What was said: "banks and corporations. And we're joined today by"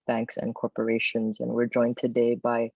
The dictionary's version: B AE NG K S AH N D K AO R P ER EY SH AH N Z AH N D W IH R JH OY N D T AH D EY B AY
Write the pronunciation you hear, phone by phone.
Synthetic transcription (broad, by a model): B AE NG K S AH N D K AO R P ER EY SH AH N Z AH N W IH R JH OY N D T AH D EY B AY